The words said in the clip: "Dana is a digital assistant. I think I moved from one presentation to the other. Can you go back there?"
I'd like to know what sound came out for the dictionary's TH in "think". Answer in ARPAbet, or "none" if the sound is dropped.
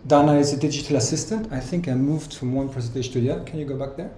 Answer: TH